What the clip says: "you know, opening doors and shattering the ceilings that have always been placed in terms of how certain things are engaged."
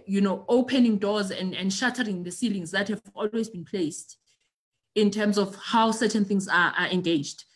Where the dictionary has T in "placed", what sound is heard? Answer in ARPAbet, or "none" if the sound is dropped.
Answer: T